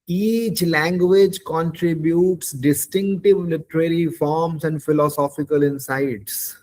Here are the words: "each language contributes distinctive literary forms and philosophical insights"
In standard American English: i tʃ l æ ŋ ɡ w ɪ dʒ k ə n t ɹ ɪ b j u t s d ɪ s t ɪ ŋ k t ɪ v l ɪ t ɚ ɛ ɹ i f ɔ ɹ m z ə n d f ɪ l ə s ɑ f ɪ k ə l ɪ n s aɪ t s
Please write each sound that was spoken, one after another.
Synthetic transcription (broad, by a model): i tʃ l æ ŋ ɡ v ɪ dʒ k ə n t ɹ ɪ b j u t s d ɪ s t ɪ ŋ k t ɪ v l ɪ t ɚ ɛ ɹ i f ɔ ɹ m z ə n d f ɪ l ə s ɑ f ɪ k ə l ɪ n s aɪ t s